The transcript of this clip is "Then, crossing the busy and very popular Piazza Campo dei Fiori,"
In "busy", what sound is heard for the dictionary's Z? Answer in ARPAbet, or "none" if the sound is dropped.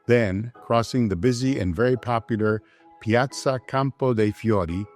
Z